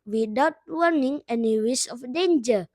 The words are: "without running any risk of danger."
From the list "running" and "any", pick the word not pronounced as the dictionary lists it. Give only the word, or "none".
running